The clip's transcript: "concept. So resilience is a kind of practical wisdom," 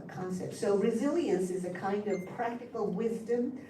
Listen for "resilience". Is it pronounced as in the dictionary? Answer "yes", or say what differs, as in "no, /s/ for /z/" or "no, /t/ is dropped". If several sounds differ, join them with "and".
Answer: yes